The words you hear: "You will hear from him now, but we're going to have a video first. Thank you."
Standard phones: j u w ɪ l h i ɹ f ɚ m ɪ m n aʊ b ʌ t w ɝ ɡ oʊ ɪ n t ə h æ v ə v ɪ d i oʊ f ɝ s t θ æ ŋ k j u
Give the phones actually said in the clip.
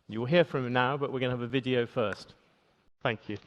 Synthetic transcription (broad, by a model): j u w ɪ l h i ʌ f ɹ ɪ m n aʊ b ʌ t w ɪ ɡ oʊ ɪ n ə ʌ v ə v ɪ d i oʊ f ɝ s t θ æ ŋ k j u